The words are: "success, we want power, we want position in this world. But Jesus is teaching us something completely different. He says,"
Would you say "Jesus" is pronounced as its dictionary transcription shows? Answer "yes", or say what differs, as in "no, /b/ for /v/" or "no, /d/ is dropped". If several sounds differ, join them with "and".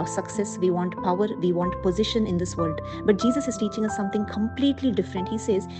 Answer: yes